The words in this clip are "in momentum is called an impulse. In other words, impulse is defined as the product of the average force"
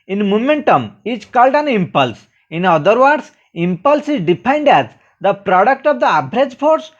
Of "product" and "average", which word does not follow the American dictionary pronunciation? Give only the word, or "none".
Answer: average